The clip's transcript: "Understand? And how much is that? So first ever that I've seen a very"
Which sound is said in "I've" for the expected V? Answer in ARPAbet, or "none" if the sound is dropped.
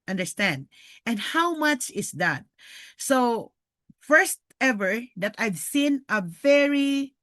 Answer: V